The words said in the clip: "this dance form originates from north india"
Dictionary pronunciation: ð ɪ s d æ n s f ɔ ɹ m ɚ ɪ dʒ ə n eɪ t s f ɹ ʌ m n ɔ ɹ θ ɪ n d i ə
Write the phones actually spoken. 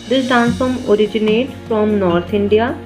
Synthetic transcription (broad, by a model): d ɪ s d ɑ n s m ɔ ɹ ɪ dʒ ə n eɪ t f ɹ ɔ m n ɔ ɹ t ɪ n d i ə